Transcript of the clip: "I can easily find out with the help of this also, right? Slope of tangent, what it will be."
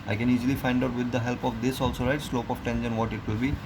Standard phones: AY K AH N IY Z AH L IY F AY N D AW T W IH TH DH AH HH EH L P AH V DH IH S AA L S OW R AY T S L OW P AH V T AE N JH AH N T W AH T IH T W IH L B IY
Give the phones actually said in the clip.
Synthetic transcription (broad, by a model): AY K AH N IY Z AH L IY F AY N D AW T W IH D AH HH EH L P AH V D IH S AA L S OW R AY T S L OW P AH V T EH N SH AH N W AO T IH T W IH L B IY